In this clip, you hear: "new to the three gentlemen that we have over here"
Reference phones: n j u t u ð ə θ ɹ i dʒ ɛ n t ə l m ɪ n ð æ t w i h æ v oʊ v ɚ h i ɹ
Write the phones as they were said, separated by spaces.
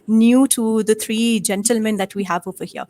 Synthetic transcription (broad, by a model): n j u t u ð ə t ɹ i dʒ ɛ n t ə l m ɪ n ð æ t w i h æ v oʊ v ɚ h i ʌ